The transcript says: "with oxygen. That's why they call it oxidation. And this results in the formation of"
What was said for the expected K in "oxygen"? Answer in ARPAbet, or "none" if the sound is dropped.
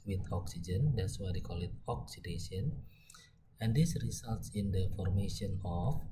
K